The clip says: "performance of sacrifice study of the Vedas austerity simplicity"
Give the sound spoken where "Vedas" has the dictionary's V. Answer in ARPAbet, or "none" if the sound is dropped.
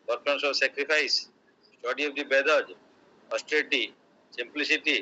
B